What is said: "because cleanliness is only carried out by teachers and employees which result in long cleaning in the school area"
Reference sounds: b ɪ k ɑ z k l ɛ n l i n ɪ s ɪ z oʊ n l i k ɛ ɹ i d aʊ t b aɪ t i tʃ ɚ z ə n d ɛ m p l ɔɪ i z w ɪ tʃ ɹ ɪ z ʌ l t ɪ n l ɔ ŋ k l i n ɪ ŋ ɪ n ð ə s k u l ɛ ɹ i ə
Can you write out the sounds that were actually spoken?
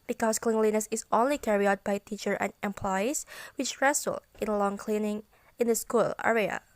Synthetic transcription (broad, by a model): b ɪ k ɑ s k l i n l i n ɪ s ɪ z oʊ n l i k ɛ ɹ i aʊ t b aɪ t i tʃ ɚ ə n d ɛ m p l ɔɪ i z w ɪ tʃ ɹ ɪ s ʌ l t ɪ n l ɔ ŋ k l i n ɪ ŋ ɪ n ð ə s k u l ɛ ɹ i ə